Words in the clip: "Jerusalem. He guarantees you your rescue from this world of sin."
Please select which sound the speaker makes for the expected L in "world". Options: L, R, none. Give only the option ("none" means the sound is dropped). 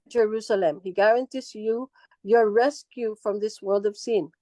L